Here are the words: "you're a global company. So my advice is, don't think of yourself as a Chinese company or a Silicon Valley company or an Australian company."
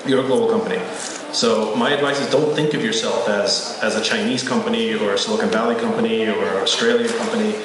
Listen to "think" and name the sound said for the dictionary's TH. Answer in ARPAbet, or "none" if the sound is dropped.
TH